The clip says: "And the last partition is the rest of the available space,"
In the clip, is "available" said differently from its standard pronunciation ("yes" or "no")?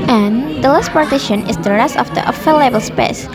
yes